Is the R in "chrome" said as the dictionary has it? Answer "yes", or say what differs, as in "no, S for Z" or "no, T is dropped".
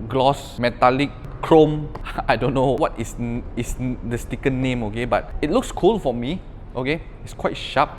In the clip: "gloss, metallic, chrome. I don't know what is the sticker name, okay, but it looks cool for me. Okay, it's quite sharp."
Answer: yes